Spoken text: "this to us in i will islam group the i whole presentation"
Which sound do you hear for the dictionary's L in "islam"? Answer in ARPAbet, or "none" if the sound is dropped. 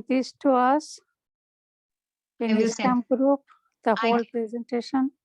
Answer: none